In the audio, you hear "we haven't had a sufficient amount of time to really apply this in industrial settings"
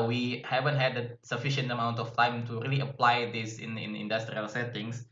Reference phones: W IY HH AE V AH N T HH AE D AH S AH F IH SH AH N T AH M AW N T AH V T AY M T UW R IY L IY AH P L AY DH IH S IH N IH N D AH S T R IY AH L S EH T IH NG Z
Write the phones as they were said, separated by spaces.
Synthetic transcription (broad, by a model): W IY HH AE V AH N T HH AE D AH S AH F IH SH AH N T AH M AW N T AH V T AY M T UW R IY L IY AH P L AY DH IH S IH N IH N D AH S T R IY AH L S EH T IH NG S